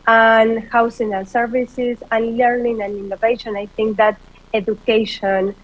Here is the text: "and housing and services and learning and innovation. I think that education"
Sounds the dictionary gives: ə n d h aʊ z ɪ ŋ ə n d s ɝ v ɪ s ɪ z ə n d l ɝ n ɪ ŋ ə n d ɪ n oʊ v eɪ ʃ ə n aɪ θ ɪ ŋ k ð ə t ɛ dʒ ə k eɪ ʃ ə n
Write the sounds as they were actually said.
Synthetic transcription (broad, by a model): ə n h aʊ s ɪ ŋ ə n s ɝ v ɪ s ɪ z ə n l ɝ n ɪ ŋ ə n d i n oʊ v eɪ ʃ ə n aɪ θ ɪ ŋ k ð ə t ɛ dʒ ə k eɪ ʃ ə n